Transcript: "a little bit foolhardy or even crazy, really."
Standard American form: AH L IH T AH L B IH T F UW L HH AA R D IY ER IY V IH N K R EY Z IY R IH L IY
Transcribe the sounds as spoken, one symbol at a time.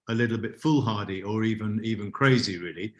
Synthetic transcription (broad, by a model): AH L IH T L B IH T F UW L HH AA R D IY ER IY V IH N K R EY Z IY R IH L IY